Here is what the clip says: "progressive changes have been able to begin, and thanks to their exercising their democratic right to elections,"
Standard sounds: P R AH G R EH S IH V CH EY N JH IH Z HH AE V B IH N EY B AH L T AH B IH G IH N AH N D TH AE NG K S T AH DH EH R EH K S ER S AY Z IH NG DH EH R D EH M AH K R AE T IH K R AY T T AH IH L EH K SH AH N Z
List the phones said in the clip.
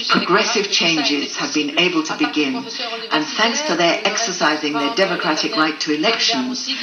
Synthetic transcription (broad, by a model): P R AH G R EH S IH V CH EY N JH IH Z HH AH V B IH N EY B AH L T AH B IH G IH N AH N TH AE NG K S T AH DH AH R EH K S ER S AY Z IH NG DH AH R D EH M AH K R AE T IH K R AY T T AH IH L EH K SH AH N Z